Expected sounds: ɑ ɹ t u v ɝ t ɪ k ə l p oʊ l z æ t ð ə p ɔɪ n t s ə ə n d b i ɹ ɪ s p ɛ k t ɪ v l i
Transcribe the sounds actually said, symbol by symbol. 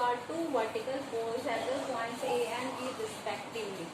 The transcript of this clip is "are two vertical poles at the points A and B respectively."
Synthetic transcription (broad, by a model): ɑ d t u v ɝ t ɪ k ə l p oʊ z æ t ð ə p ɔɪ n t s ə ə n d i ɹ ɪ s p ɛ k t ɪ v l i